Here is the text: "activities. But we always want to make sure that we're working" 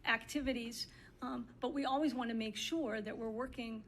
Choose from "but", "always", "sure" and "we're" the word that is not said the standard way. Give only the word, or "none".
none